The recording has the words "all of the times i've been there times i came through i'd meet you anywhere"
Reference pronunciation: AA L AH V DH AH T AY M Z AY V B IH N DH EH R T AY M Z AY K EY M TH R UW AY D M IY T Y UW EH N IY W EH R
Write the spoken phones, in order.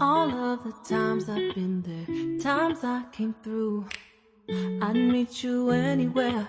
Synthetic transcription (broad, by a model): AA L AH V DH AH T AY M Z AY V B IH N DH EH R T AY M Z AY K EY M TH R UW AY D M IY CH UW EH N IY W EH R